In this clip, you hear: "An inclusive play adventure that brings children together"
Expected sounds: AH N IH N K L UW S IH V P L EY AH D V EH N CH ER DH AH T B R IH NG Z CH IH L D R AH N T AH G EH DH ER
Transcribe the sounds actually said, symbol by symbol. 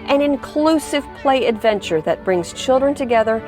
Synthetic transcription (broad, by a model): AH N IH N K L UW S IH V P L EY AH D V EH N CH ER DH AH T B R IH NG Z CH IH L D R AH N T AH G EH DH ER